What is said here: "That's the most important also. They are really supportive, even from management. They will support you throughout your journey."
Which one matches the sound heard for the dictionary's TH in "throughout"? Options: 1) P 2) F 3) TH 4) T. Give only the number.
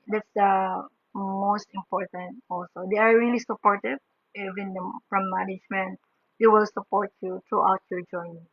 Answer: 4